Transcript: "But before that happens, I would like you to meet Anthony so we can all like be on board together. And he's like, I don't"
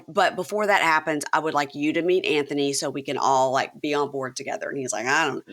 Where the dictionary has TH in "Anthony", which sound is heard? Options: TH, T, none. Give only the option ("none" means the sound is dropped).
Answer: TH